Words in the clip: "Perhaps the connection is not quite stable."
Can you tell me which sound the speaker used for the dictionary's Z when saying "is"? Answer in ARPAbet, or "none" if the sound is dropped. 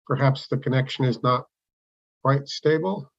Z